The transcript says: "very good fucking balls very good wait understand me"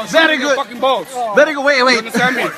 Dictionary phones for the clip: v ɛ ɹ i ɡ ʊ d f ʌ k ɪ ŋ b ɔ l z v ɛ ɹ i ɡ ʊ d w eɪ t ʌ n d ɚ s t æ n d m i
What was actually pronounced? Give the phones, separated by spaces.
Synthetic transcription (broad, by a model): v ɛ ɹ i ɡ ʊ d f ʌ k ɪ ŋ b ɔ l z v ɛ ɹ i ɡ ʊ d w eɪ ɪ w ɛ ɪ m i